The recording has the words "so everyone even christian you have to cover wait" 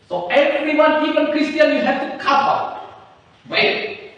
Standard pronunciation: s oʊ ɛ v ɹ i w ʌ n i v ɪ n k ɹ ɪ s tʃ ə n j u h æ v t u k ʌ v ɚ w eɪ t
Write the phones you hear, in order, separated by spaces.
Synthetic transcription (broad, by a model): s oʊ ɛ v ɹ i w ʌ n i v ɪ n k ɹ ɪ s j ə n j u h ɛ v t u k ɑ f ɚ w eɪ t